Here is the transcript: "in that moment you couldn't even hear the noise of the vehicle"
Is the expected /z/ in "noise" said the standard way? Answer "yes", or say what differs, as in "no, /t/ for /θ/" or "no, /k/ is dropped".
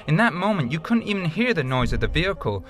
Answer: yes